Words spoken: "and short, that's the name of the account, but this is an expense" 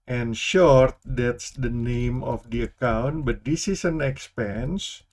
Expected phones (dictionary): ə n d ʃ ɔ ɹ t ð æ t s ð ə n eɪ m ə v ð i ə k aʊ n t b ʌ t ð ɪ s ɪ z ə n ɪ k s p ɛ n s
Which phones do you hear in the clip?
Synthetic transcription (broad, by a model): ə n ʃ ɔ ɹ t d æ t s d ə n eɪ m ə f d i ə k aʊ n t b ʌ t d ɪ s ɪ s ə n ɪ k s p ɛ n s